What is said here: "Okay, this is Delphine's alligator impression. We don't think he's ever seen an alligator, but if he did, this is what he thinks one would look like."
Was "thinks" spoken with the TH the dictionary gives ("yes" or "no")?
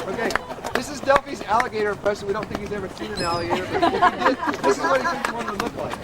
no